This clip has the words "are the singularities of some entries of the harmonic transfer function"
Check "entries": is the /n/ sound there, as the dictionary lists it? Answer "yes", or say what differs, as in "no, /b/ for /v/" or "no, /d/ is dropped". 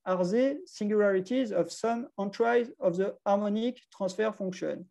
no, /n/ is dropped